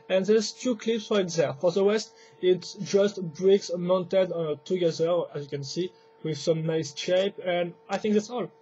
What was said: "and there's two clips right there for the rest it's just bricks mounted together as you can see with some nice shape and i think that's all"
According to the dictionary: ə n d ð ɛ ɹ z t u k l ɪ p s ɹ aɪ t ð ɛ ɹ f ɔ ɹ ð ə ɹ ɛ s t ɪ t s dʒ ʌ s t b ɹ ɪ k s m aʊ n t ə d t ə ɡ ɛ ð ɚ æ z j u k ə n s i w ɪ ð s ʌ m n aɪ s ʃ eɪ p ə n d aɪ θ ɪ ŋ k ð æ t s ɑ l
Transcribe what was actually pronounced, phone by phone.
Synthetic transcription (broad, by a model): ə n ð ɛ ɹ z t u k l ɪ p s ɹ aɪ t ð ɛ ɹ f ɔ ɹ ð ə w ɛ s t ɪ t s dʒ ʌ s t b ɹ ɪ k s m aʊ n t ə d t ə ɡ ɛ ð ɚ æ z j u k ə n s i w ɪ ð s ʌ m n aɪ s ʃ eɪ p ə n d aɪ θ ɪ ŋ k ð æ t s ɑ l